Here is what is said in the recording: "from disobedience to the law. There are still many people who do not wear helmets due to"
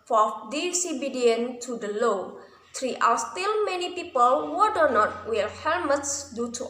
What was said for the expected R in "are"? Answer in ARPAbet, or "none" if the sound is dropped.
L